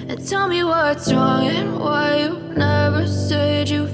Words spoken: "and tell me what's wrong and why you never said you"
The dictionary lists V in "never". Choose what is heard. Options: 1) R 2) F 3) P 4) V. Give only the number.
4